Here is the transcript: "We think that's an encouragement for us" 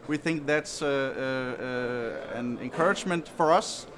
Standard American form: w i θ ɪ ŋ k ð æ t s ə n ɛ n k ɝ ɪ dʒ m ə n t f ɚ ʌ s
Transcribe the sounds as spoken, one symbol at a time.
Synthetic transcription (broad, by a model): w i θ ɪ ŋ k ð æ t s ə n ɛ n k ɝ ɪ dʒ m ə n t f ɚ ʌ s